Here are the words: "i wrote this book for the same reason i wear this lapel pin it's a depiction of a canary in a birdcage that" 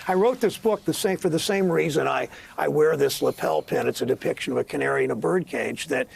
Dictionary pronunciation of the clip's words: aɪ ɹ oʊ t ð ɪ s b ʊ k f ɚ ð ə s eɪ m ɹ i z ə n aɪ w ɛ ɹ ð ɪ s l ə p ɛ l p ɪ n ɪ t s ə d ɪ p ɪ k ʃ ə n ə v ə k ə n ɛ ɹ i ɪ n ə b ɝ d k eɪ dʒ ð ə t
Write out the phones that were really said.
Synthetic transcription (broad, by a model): aɪ ɹ oʊ t ð ɪ s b ʊ k f ɚ ð ə s eɪ m ɹ i z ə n aɪ w ɛ ɹ ð ɪ s l ə p ɛ l p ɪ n ɪ t s ə d ɪ p ɪ k ʃ ə n ə v ə k ə n ɛ ɹ i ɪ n ə b ɝ d k eɪ dʒ ð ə t